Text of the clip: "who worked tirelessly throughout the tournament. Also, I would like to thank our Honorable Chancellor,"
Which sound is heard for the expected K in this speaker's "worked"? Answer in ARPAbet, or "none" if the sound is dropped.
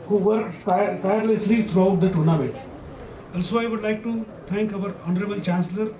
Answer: none